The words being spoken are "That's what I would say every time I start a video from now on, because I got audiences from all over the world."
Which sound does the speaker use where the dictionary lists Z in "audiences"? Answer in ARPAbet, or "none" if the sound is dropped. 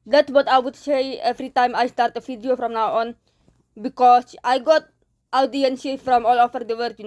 none